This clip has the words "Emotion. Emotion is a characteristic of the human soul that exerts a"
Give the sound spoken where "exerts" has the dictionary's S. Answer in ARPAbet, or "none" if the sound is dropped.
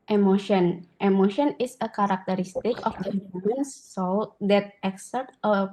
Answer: none